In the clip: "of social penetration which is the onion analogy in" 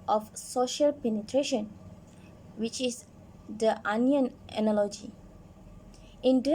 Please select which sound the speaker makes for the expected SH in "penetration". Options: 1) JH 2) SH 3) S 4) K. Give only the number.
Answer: 2